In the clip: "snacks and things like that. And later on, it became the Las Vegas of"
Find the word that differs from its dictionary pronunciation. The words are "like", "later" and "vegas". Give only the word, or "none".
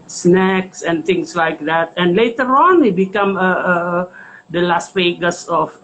vegas